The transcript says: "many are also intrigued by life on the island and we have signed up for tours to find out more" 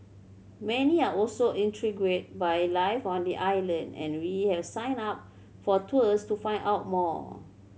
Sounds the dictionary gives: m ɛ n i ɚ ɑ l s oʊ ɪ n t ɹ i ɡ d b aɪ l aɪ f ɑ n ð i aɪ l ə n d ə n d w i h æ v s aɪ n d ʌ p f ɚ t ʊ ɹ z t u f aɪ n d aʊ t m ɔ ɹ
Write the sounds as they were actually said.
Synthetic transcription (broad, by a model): m ɛ n i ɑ ɑ l s oʊ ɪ n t ɹ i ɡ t b aɪ l aɪ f ɑ n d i aɪ l ə n d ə n w i h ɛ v s aɪ n ɑ p f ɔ t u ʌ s t u f aɪ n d aʊ t m ɔ